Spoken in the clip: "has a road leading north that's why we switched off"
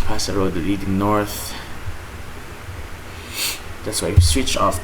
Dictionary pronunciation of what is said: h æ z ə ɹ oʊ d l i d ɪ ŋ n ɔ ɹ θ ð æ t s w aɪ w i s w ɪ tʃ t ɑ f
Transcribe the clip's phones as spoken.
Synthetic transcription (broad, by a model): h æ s ə ɹ oʊ d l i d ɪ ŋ n ɔ ɹ θ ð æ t s w aɪ s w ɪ tʃ ɑ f